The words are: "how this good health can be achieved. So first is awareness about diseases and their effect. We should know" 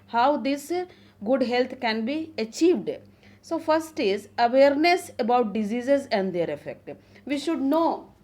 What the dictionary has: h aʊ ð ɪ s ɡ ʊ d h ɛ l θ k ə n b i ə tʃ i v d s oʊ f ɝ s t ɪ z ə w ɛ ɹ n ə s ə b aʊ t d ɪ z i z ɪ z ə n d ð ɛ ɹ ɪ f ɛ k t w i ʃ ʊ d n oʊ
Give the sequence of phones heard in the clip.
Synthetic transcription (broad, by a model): h aʊ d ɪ s ɡ ʊ d h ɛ l t k ə n b i ə tʃ i v d s oʊ f ɝ s t ɪ z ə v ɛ ɹ n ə s ə b aʊ t d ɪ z i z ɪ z ə n d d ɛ ɹ ɪ f ɛ k t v i ʃ ʊ d n oʊ